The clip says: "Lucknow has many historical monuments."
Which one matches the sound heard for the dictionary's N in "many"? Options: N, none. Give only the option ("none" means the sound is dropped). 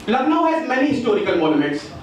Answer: N